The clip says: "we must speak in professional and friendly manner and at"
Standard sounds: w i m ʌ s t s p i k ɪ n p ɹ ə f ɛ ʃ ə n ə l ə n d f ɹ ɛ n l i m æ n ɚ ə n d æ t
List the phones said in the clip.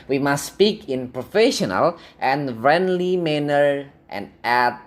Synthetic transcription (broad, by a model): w i m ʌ s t s p i k ɪ n p ɹ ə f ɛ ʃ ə n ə l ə n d f ɹ ɛ n l i m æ n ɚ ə n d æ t